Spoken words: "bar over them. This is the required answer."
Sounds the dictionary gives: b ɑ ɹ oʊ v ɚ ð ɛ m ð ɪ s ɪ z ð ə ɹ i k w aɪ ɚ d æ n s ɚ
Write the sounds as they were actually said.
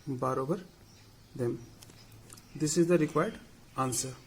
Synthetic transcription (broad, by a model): b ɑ ɹ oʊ b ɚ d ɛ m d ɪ s ɪ z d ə ɹ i k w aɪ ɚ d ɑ n s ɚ